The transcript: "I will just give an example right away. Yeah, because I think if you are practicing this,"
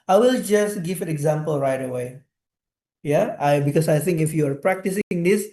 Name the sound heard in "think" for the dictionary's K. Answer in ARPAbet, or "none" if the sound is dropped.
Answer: K